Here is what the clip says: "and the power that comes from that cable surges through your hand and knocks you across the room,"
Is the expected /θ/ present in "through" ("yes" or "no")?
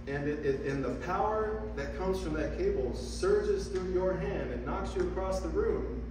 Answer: yes